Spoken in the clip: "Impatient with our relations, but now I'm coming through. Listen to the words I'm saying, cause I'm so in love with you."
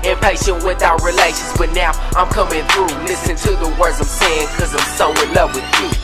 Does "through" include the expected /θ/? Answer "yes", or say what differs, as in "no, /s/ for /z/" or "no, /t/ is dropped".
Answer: yes